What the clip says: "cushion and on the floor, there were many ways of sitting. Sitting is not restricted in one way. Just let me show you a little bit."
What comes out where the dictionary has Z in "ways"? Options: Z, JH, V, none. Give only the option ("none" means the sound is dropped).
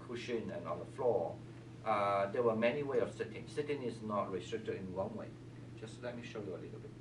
none